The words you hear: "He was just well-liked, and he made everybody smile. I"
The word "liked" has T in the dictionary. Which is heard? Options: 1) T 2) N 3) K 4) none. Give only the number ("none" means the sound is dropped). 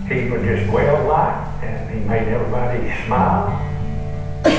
4